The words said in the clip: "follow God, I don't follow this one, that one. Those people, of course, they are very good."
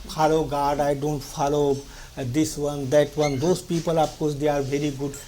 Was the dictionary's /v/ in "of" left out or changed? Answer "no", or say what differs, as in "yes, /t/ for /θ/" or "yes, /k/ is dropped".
yes, /p/ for /v/